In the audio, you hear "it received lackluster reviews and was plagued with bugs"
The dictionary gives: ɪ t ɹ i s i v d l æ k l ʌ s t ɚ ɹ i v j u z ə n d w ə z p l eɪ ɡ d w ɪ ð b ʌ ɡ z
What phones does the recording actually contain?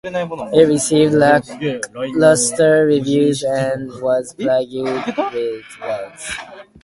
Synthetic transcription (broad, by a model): ɪ t ɹ i s i v d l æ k l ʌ s t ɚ ɹ i v j u z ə n w ə z b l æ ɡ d w ɪ ð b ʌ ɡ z